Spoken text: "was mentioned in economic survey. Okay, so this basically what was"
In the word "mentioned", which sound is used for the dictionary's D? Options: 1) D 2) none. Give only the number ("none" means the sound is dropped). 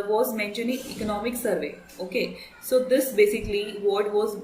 2